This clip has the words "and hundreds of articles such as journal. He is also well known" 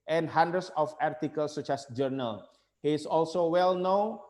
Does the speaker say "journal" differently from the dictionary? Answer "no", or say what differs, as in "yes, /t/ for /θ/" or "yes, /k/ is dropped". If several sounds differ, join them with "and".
no